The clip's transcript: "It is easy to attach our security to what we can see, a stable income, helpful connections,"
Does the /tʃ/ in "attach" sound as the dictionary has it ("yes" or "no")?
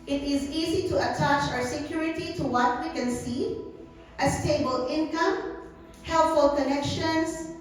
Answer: yes